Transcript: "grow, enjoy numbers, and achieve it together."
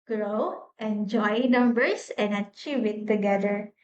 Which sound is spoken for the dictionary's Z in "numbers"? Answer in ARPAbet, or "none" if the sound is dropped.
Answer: S